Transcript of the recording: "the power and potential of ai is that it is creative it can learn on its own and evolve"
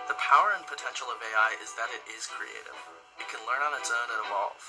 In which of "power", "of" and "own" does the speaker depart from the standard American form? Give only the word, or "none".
none